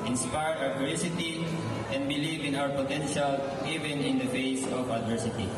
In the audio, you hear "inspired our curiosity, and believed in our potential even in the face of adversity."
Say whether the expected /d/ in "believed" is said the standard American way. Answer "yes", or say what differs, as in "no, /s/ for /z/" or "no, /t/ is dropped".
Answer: no, /d/ is dropped